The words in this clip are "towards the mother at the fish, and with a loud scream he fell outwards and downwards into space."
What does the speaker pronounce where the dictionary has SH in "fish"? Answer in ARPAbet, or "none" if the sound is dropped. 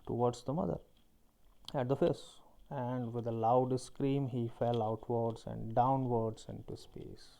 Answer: S